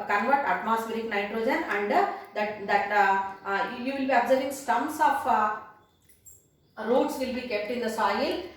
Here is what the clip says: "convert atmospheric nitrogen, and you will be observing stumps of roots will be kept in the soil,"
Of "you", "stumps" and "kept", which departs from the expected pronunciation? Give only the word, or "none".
stumps